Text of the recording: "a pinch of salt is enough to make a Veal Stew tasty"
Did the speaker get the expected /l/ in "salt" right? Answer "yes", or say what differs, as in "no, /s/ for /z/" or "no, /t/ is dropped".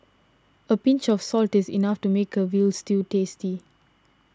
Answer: yes